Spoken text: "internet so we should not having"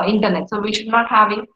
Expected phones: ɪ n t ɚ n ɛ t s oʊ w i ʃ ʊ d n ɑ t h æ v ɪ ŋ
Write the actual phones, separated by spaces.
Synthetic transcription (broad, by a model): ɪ n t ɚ n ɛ t s oʊ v i ʃ ʊ d n ɑ t h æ v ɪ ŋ